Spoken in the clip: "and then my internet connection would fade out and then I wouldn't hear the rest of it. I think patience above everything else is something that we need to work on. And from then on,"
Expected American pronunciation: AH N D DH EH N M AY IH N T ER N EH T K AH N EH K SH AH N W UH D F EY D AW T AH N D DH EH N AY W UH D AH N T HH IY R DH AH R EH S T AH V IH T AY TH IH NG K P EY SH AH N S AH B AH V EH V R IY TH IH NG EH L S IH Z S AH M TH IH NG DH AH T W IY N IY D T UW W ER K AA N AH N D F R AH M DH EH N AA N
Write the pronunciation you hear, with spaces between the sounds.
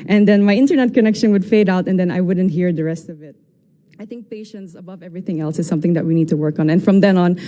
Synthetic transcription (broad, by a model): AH N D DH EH N M AY IH N T ER N EH T K AH N EH K SH AH N W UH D F EY D AW T AH N D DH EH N AY W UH D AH N T HH IY R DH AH R EH S T AH V IH T AY TH IH NG K P EY SH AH N S AH B AH V EH V R IY TH IH NG EH L S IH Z S AH M TH IH NG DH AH T W IY N IY D T UW W ER K AA N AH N F R AH M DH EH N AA N